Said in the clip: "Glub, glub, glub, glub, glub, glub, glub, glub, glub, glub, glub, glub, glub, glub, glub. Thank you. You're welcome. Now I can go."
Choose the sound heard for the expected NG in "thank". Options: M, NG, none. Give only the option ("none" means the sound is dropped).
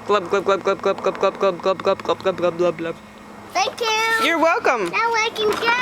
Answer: none